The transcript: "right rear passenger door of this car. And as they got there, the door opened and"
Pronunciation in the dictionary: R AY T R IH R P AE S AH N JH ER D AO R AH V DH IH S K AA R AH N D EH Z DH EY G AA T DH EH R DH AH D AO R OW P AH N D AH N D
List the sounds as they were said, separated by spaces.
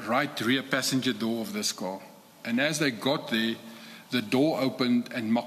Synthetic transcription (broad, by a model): R AY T R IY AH P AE S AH N JH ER D AO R AH V DH IH S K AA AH N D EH Z DH EY G AA T DH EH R DH AH D AO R OW P AH N D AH N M